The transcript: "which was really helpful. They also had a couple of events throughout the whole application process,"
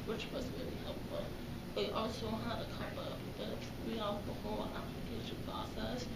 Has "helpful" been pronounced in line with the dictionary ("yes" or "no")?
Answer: yes